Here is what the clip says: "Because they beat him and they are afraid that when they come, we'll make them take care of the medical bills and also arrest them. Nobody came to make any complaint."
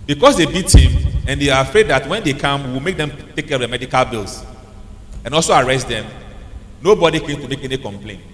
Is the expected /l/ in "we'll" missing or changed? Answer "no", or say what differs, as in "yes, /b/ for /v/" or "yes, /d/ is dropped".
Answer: yes, /w/ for /l/